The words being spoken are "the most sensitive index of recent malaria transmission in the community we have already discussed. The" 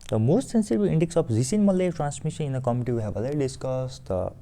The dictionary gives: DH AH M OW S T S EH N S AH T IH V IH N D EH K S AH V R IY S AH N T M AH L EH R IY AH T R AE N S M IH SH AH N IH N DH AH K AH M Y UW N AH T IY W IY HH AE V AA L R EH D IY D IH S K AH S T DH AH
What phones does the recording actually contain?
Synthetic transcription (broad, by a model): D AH M OW S T S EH N S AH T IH B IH N D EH K S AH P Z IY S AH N M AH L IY T R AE N S M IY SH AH N IH N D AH K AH M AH T IY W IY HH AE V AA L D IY D IH S K AH S T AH